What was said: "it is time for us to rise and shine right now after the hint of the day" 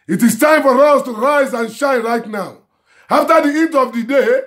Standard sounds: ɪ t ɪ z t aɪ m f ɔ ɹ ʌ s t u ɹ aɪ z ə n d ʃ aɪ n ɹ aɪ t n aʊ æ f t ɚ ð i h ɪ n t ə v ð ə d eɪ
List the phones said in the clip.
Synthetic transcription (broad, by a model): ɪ t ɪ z t aɪ m f ɔ ɹ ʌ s t u ɹ aɪ z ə n ʃ aɪ n ɹ aɪ t n aʊ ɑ f t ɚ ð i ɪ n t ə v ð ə d eɪ